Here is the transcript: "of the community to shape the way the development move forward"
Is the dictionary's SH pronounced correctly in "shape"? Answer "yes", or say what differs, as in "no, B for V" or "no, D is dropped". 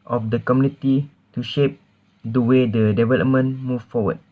yes